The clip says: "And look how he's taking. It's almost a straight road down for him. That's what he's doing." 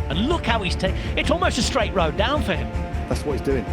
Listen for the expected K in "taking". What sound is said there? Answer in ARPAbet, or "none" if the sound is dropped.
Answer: none